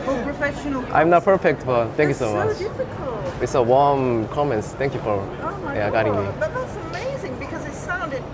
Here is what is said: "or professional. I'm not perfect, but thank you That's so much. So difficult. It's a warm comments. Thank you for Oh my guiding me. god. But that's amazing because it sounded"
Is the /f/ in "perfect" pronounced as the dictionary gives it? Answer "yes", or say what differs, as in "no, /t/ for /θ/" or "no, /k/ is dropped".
yes